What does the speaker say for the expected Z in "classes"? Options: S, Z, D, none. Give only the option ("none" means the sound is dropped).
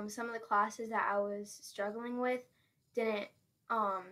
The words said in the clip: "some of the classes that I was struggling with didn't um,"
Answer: Z